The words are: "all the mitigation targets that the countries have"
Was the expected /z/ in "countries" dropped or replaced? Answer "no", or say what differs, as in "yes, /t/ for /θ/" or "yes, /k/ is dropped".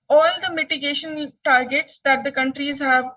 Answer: no